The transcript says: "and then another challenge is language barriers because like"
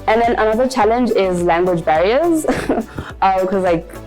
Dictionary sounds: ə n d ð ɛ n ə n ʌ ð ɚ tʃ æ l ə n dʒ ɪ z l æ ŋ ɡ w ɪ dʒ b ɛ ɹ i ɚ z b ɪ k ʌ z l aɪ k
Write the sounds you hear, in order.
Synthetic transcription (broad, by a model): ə n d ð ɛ n ə n ʌ ð ɚ tʃ æ l ə n dʒ ɪ z l æ ŋ ɡ w ɪ dʒ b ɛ ɹ i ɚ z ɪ k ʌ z l aɪ k